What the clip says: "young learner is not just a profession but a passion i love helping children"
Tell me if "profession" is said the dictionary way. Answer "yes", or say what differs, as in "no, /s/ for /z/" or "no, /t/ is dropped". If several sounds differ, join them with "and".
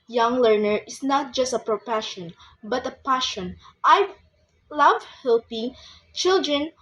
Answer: no, /p/ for /f/